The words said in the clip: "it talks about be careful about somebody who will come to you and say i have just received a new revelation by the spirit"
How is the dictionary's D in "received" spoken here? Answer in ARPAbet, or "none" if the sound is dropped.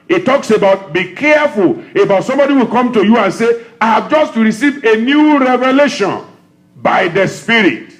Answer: none